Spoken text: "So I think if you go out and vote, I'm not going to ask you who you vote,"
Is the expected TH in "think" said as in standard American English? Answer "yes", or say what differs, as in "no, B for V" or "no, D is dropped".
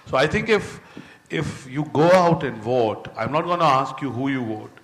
no, T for TH